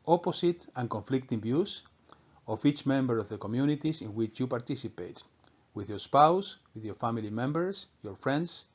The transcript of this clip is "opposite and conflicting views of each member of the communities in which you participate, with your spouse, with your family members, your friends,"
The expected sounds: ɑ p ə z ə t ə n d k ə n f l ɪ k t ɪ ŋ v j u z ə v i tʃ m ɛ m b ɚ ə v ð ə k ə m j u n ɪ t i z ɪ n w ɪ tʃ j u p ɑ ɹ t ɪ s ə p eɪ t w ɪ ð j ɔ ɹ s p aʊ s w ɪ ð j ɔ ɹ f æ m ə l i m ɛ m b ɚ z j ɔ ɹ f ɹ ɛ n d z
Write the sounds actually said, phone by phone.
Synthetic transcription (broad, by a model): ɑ p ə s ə t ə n k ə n f l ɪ k t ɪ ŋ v j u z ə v i tʃ m ɛ m b ɚ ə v ð ə k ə m j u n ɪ t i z ɪ n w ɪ tʃ j u p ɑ ɹ t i s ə p eɪ t w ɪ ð j ɔ ɹ s p aʊ s w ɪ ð j ɔ ɹ f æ m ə l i m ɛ m b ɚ s j ɔ ɹ f ɹ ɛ n d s